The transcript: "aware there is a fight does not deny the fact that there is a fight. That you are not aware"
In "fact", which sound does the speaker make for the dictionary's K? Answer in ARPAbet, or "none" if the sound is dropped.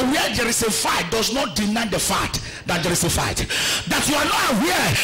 none